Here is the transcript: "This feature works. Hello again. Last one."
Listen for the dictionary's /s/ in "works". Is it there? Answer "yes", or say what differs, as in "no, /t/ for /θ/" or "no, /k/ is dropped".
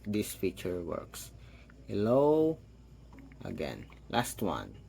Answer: yes